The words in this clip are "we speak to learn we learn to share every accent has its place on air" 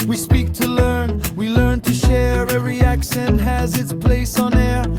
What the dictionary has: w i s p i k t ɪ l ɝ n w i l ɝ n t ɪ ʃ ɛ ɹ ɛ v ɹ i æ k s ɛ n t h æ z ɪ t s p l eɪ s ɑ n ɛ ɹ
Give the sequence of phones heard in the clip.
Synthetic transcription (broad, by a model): w i s p i k t ɪ l ɝ n w i l ɝ n t ɪ ʃ ɛ ɹ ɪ ɹ i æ k ʃ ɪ n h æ z ɪ t s p l eɪ s n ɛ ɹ